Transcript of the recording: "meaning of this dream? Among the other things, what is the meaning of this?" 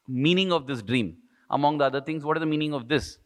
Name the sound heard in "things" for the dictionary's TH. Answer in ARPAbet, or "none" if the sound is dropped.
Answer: T